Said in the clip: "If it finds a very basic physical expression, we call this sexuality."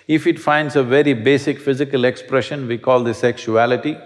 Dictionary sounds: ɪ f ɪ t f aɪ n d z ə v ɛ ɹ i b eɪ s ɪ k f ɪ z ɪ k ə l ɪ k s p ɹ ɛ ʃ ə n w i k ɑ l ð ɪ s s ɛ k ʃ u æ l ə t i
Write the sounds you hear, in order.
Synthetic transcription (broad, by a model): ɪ f ɪ t f aɪ n d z ə v ɛ ɹ i b eɪ s ɪ k f ɪ z ɪ k ə l ɪ k s p ɹ ɛ ʃ ə n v i k ɑ l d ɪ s s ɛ k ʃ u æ l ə t i